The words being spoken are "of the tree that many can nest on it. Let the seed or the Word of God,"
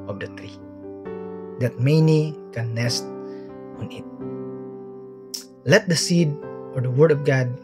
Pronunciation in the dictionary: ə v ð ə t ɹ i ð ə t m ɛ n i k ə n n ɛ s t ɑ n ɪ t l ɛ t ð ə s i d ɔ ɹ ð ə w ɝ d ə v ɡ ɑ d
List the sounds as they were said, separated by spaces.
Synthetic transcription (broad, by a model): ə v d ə t ɹ i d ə t m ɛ n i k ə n n ɛ s t ɑ n ɪ t l ɛ t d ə s i d ɔ ɹ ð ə w ɝ d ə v ɡ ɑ d